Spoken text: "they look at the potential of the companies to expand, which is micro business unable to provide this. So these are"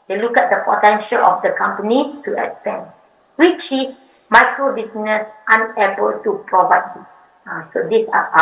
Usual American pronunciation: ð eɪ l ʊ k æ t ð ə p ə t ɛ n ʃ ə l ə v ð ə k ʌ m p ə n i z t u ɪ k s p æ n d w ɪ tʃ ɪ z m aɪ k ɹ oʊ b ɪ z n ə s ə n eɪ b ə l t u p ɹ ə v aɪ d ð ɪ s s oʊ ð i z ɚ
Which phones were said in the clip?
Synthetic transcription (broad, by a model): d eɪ l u k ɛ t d ə p ə t ɛ n ʃ ə l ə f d ə k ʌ m p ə n i s t u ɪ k s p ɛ n w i tʃ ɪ s m aɪ k ɹ oʊ b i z n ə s ə n eɪ b ə l t u p ɹ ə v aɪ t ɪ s s oʊ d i s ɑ